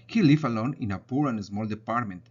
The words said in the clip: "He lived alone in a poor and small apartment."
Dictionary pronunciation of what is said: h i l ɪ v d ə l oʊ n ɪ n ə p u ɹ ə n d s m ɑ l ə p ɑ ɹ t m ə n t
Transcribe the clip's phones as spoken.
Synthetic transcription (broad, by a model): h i l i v ə l oʊ n ɪ n ə p u ɹ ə n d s m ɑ l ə p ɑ ɹ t m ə n t